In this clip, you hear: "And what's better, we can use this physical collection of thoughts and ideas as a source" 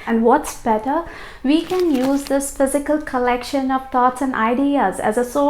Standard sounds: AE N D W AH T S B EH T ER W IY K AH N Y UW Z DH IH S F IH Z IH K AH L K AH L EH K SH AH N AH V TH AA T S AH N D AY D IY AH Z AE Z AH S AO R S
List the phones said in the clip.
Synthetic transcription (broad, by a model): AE N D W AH T S B EH T ER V IY K AH N Y UW Z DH IH S F IH Z IH K AH L K AH L EH K SH AH N AH V T AA T S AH N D AY D IY AH Z AE Z AH S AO